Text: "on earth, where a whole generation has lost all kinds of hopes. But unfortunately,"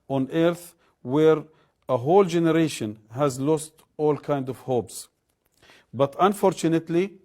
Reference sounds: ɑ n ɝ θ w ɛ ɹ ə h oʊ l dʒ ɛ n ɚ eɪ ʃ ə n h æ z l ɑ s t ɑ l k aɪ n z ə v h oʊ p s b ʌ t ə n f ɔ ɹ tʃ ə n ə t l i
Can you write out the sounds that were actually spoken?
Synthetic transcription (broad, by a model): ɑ n ɝ θ w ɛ ɹ ə h oʊ l dʒ ɛ n ɚ eɪ ʃ ə n h æ z l ɑ s t ɑ l k aɪ n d ə v h oʊ p s b ʌ t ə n f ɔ ɹ tʃ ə n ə t l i